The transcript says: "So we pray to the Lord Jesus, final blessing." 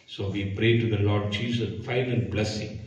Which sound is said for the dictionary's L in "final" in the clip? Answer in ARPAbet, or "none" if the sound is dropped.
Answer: N